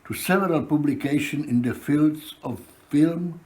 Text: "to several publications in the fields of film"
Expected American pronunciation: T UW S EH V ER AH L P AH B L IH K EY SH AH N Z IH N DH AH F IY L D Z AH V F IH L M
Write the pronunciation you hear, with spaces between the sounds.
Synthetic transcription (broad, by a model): T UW S EH V ER AH L P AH B L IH K EY SH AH N IH N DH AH F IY L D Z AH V F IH L M